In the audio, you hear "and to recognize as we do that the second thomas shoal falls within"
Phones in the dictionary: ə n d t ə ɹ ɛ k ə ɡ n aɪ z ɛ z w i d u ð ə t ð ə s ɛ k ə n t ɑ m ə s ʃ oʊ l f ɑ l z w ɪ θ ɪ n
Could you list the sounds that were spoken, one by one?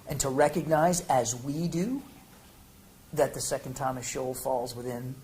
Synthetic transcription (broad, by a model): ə n t ə ɹ ɛ k ə ɡ n aɪ z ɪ z w i d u ð ə t ð ə s ɛ k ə n t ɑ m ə ʃ oʊ l f ɑ l z w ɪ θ ɪ n